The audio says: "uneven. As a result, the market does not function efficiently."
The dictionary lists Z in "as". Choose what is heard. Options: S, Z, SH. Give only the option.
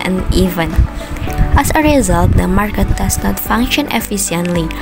S